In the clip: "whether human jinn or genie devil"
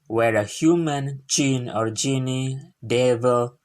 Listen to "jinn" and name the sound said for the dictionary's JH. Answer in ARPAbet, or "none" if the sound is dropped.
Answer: CH